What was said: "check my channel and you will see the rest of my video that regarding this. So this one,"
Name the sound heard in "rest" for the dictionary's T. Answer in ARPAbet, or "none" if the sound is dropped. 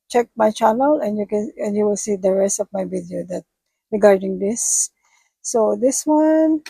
T